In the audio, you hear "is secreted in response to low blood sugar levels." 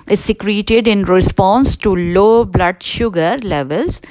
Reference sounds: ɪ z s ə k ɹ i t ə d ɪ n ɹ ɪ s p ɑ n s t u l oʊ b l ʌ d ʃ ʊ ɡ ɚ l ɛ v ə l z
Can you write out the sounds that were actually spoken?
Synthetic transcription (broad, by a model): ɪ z s ə k ɹ i t ə d ɪ n ɹ ɪ s p ɑ n s t u l oʊ b l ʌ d ʃ ʊ ɡ ɚ l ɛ v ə l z